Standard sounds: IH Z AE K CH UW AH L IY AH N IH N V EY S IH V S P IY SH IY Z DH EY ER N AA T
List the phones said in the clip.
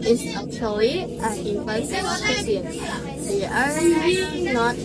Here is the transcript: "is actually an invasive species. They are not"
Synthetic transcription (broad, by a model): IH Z AE K CH UW AH L IY AH N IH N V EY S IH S IY IY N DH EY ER N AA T